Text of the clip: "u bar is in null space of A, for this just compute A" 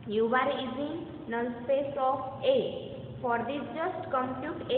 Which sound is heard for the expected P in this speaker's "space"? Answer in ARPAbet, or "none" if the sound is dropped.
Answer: P